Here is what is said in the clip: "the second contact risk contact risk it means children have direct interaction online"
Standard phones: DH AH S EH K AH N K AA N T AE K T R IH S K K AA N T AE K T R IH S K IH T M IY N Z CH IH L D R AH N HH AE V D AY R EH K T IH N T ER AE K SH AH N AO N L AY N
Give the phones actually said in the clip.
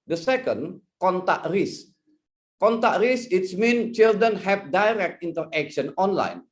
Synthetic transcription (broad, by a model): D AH S EH K AH N K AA N T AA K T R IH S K K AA N T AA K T R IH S IH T M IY N CH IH L D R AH N HH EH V D AY R EH K T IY N T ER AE K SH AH N AO N L AY N